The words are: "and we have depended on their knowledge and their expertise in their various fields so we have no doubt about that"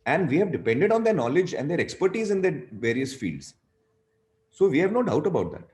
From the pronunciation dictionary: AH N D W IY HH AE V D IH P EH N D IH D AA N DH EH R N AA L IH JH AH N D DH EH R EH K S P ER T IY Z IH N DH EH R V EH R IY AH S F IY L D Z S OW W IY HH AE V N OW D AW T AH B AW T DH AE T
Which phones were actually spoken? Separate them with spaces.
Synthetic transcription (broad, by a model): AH N D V IY HH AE V D IH P EH N D IH D AA N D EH R N AA L IH JH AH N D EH R EH K S P ER T IY Z IH N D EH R V EH R IY AH S F IY L D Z S OW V IY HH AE V N OW D AW T AH B AW T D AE T